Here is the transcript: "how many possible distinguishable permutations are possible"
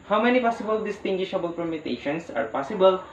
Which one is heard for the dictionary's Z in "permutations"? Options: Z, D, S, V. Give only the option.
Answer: S